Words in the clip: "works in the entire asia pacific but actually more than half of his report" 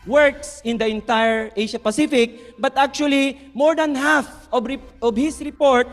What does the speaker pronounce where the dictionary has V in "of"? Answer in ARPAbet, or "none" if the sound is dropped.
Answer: B